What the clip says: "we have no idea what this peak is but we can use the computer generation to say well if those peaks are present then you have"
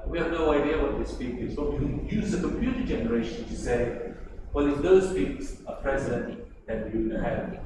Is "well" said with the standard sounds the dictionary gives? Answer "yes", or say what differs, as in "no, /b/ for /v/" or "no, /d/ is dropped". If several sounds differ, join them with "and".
no, /n/ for /l/